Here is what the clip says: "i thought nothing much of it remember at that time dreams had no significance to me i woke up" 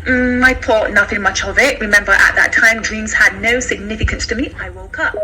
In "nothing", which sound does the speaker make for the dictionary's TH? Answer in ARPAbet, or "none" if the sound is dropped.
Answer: TH